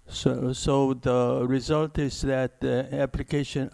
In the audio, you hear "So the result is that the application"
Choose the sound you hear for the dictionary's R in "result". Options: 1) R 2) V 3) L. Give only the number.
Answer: 1